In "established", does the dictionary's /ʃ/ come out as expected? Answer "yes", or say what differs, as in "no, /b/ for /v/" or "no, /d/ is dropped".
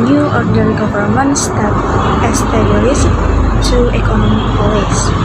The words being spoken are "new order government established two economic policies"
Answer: no, /s/ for /ʃ/